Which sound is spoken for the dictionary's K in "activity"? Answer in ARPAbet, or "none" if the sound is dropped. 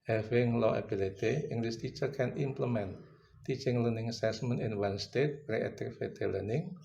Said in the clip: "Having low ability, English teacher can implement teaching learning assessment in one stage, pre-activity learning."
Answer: none